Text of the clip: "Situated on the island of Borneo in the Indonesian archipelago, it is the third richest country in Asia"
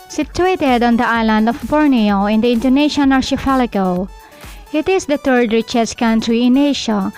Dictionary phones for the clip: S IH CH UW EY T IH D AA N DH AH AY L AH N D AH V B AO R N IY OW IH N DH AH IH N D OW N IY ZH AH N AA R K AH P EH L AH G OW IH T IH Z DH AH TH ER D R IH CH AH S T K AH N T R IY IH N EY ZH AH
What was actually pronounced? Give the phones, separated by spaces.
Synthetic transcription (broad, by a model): S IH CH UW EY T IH D AA N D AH AY L AH N D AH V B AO R N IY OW IH N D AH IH N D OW N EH SH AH N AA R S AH F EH L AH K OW IH T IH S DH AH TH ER D R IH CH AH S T K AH N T R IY IH N EY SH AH